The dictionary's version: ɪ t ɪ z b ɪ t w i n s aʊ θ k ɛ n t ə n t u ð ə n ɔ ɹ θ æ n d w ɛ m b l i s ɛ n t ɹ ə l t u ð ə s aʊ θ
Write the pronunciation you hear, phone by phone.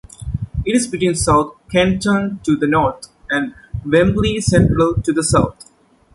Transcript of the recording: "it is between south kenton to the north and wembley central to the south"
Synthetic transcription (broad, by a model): ɪ t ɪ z b ɪ t w i n s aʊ t k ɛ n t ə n t u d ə n ɔ ɹ t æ n d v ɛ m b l i s ɛ n t ɹ ə l t u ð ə s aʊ t